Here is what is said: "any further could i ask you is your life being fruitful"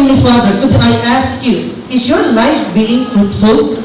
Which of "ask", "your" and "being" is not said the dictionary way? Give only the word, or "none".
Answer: none